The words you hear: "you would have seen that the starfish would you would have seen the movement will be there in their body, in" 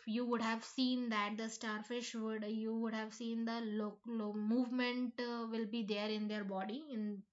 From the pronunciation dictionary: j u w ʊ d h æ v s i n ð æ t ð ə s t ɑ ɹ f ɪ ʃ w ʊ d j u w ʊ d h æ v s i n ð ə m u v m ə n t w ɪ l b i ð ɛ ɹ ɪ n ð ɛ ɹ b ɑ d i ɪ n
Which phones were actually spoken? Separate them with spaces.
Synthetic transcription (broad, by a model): j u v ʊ d h æ v s i n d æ t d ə s t ɑ ɹ f ɪ ʃ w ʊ d j u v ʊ d h æ v s i n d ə m u v m ə n t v ɪ l b i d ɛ ɹ ɪ n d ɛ ɹ b ɑ d i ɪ n